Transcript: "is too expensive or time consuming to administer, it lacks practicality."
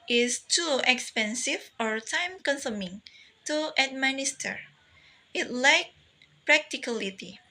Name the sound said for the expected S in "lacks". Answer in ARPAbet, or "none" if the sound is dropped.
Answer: none